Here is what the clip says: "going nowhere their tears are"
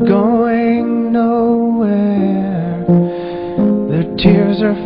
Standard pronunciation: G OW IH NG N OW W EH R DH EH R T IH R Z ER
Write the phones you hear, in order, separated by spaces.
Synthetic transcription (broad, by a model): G OW IH NG N OW W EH DH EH R T IH R Z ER